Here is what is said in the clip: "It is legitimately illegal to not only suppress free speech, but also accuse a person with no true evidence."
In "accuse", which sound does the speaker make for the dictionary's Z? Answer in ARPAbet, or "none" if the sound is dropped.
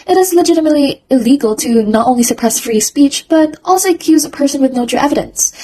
Z